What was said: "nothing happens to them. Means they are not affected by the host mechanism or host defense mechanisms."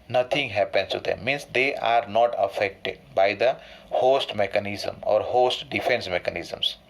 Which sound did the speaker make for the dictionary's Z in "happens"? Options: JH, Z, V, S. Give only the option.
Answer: S